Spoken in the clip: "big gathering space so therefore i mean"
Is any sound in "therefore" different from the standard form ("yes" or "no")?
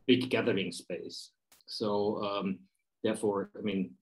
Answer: no